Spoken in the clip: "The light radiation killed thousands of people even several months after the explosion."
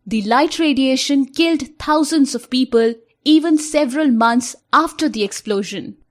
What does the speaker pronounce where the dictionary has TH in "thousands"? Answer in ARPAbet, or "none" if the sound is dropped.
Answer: T